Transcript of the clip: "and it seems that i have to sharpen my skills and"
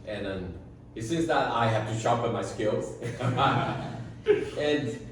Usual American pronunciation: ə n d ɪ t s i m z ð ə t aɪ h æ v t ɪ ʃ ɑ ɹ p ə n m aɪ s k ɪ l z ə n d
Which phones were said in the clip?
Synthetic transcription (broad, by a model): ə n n ɪ t s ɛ z ð ə t aɪ h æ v t ɪ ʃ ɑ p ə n m aɪ s k ɪ l z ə n